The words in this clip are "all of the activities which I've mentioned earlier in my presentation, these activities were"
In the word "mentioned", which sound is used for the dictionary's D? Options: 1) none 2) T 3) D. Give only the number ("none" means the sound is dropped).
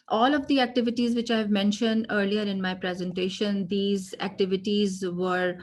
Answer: 3